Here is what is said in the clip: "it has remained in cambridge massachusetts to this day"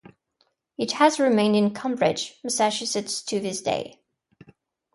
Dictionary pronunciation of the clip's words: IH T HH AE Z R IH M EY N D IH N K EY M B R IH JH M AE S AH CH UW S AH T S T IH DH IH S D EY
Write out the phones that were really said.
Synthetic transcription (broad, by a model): IH T HH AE Z R IH M EY N D IH N K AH M B R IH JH M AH S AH SH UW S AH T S T IH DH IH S D EY